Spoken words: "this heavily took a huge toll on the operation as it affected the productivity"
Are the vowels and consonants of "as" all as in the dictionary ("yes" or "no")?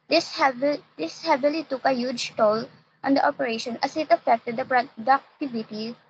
no